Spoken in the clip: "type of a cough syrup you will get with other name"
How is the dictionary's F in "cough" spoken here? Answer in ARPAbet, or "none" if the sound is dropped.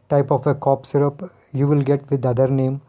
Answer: P